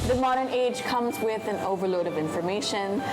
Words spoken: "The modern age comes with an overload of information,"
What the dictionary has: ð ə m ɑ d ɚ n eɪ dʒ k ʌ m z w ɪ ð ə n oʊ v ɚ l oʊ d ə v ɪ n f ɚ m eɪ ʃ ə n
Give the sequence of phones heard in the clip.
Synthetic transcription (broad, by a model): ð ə m ɑ d ɚ n eɪ dʒ k ʌ m z w ɪ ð ə n oʊ v ɚ l oʊ d ə v ɪ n f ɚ m eɪ ʃ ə n